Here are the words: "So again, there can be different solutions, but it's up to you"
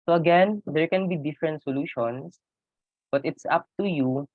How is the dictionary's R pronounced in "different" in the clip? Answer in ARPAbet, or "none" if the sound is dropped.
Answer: R